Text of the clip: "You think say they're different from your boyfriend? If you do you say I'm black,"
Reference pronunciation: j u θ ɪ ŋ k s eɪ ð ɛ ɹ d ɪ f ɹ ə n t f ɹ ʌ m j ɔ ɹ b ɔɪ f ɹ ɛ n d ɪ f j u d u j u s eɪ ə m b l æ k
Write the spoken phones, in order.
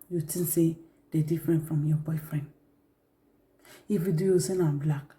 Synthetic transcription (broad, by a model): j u t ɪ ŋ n s eɪ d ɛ d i f ɹ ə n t f ɹ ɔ m j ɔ b ɔɪ f ɹ ɛ n d ɪ f j u d u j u s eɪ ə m b l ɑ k